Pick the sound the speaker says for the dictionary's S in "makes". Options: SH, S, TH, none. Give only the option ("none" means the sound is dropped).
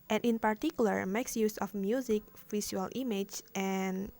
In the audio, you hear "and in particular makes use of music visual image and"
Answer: S